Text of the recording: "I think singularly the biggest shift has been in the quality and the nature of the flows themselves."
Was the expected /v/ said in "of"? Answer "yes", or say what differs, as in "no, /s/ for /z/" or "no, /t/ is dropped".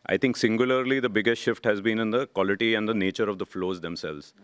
yes